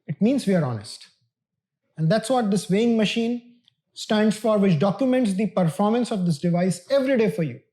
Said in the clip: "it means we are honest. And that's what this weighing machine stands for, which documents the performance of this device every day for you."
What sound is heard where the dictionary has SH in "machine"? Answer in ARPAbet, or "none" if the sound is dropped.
SH